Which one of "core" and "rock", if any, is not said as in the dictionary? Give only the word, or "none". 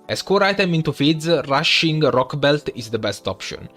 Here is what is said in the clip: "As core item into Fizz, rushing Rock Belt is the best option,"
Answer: none